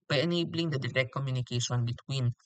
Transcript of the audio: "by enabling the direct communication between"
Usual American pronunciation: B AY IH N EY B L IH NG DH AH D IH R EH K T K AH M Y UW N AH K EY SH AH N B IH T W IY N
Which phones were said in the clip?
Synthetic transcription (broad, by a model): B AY IH N EY B L IH NG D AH D IH R EH K T K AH M Y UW N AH K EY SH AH N B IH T W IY N